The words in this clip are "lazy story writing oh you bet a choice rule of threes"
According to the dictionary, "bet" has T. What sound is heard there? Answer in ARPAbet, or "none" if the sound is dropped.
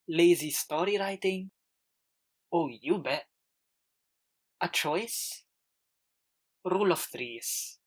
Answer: none